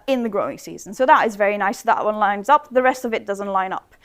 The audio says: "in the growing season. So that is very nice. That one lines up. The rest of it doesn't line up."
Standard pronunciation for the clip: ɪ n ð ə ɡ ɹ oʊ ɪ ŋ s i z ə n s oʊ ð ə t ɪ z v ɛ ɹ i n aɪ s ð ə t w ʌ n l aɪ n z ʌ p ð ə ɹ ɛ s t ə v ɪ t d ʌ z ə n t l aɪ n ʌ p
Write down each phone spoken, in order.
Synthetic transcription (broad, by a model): ɪ n ð ə ɡ ɹ oʊ ɪ ŋ s i z ə n s oʊ ð ə t ɪ z v ɛ ɹ i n aɪ s ð ə t w ʌ n l aɪ n z ʌ p ð ə ɹ ɛ s t ə v ɪ t d ʌ z ə n t l aɪ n ʌ p